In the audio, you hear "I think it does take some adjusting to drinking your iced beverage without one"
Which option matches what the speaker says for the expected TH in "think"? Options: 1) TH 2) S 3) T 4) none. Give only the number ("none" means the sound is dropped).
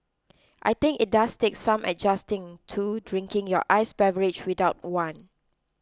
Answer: 3